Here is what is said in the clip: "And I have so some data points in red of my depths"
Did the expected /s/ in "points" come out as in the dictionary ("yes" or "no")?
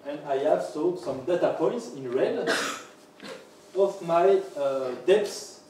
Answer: yes